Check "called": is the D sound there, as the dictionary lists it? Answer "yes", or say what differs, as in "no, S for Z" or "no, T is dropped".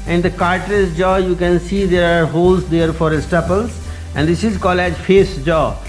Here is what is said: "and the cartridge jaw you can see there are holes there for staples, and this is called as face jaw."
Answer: no, D is dropped